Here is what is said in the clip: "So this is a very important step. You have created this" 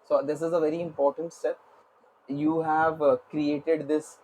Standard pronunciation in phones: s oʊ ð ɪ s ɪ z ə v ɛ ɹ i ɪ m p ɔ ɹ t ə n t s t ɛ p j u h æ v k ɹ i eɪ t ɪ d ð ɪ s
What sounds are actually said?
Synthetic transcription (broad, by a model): s oʊ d ɪ s ɪ z ə v ɛ ɹ i ɪ m p ɔ ɹ t ə n t s t ɛ p j u h æ v k ɹ i eɪ t ɪ d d ɪ s